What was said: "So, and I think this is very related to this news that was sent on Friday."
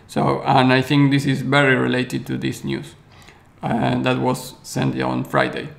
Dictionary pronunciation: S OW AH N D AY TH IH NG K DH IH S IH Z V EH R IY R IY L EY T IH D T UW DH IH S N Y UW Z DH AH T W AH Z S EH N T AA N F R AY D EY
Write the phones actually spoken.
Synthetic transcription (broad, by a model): S OW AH N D AY TH IH NG K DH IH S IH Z V EH R IY R IY L EY T IH D T UW DH IH S N Y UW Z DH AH T W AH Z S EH N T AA N F R AY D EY